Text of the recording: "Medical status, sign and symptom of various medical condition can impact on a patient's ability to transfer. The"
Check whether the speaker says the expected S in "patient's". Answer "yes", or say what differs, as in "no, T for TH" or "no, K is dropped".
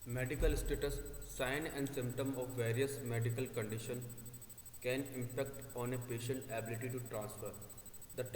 no, S is dropped